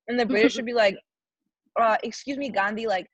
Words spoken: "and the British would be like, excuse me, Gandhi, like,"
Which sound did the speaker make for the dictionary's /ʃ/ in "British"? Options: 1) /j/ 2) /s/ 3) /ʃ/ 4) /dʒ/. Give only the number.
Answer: 3